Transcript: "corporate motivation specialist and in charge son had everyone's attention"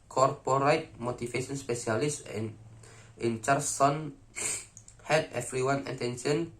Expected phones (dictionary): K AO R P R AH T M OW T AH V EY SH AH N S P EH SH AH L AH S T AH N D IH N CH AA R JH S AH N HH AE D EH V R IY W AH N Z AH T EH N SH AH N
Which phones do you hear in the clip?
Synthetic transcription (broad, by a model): K AO R P R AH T M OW T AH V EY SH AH N S P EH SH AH AH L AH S IH N CH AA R S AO N HH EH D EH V R IY W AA N AH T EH N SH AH N